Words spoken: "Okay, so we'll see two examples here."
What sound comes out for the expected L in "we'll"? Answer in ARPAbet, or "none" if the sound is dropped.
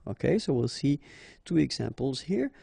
L